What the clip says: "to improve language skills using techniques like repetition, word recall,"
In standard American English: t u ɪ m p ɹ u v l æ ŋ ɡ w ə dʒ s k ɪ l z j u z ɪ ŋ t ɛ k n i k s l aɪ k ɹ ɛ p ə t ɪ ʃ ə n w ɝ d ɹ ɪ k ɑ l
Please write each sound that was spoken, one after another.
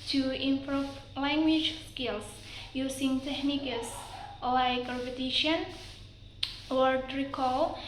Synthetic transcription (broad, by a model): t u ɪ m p ɹ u f l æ ŋ ɡ w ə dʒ s k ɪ l s j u s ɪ ŋ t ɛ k n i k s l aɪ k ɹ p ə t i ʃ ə n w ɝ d ɹ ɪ k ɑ l